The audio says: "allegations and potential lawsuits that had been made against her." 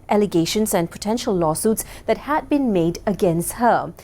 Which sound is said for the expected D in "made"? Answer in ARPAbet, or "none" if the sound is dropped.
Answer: D